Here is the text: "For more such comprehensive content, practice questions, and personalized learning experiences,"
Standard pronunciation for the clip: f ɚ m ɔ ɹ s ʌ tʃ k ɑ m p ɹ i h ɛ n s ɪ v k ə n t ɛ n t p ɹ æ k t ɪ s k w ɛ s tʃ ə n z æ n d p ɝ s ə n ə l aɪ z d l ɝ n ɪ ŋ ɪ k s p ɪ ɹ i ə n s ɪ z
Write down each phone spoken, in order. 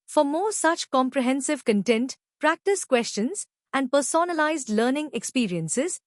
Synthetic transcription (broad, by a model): f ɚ m ɔ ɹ s ʌ tʃ k ɑ m p ɹ i h ɛ n s ɪ v k ə n t ɛ n t p ɹ æ k t ɪ s k w ɛ s tʃ ə n z æ n d p ɝ s ə n ə l aɪ z d l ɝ n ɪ ŋ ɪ k s p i ɹ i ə n s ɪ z